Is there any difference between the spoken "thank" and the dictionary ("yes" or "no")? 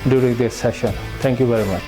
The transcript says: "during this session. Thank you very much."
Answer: yes